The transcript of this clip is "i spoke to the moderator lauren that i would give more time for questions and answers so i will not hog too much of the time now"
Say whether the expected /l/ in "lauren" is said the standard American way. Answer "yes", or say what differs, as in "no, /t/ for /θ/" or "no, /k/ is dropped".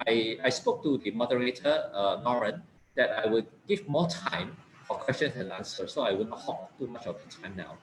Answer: no, /n/ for /l/